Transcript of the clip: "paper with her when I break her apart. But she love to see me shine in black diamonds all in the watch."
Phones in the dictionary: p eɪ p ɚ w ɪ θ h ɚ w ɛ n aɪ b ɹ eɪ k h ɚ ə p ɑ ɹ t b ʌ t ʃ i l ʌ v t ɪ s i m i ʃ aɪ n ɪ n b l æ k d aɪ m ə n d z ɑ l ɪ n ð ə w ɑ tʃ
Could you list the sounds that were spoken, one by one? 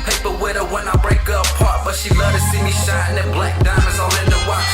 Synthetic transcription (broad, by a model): p eɪ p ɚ w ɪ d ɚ w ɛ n aɪ b ɹ eɪ k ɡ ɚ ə p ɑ ɹ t b ʌ t ʃ i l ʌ t ɪ s i m i ʃ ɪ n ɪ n b l æ k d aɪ ə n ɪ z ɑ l ɪ n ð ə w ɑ